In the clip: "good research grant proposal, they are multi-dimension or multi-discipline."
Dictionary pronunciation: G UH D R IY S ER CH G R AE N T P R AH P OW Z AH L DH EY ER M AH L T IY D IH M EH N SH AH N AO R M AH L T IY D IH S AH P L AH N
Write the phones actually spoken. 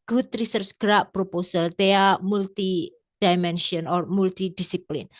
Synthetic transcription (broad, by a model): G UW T R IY S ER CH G R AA T P R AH P OW S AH L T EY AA M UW L T IY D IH M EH N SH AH N AO R M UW L T IY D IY S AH P L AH N